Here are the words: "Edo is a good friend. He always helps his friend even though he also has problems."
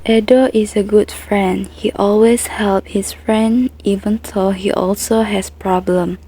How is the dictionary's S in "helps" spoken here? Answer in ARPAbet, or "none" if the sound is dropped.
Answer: none